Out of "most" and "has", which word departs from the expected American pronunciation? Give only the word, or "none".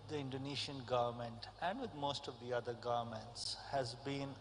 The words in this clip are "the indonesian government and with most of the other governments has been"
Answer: none